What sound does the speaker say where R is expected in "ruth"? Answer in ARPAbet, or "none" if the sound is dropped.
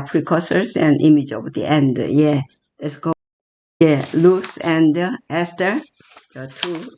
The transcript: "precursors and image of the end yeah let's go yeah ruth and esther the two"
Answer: L